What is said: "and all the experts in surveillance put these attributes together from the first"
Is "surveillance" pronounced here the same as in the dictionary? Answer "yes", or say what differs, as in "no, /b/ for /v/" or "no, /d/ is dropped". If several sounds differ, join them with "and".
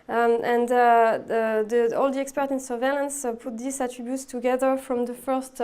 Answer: yes